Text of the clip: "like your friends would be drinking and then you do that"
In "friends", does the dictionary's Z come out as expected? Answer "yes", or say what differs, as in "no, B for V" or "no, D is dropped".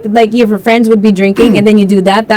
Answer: yes